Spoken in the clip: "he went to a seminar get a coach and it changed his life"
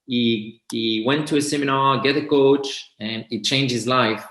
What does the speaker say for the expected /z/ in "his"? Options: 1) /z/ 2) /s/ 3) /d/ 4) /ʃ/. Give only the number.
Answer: 1